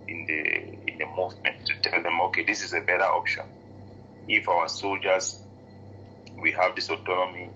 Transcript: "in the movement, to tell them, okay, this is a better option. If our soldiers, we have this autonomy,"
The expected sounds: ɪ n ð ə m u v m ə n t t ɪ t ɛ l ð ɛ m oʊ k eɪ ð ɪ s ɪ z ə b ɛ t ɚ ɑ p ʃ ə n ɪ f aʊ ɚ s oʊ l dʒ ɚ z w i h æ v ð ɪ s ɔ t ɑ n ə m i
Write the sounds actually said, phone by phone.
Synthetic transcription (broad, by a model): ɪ n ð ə m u v m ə n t t ɪ t ɛ l ð ɛ m oʊ k eɪ ð ɪ s ɪ z ə b ɛ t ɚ ɑ p ʃ ə n ɪ f aʊ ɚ s oʊ l dʒ ɚ z w i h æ v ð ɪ s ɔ t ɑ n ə m i